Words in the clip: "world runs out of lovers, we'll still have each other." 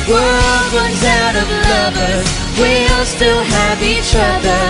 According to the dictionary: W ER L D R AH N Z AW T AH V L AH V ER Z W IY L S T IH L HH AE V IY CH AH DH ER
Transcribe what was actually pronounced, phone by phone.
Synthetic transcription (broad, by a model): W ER L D R AH N Z AW T AH V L AH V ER W IY L S T IH L HH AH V IY CH AH DH ER